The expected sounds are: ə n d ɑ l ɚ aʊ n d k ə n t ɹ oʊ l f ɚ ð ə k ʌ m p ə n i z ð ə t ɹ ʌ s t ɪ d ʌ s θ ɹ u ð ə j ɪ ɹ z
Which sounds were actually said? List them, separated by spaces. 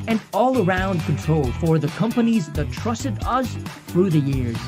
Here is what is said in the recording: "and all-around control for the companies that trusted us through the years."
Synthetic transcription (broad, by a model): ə n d ɑ l ɚ aʊ n d k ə n t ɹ oʊ l f ɚ ð ə k ʌ m p ə n i z ð ə t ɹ ʌ s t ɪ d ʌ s θ ɹ u ð ə j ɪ ɹ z